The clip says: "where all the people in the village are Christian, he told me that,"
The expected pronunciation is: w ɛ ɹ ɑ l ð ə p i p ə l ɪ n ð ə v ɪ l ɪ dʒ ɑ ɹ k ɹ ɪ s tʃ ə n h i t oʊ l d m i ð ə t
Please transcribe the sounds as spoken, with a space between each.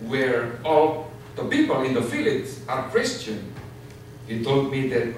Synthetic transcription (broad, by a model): w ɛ ɹ ɑ l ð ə p i p ə l ɪ n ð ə f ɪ l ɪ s ɑ ɹ k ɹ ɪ s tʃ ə n h i t oʊ l d m i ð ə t